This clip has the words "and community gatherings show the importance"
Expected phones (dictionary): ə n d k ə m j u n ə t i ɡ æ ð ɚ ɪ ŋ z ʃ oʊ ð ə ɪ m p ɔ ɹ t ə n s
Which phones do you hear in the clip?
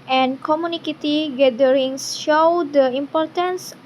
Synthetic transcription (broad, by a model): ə n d k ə m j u n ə t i ɡ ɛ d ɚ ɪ ŋ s ʃ oʊ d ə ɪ m p ɔ ɹ t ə n s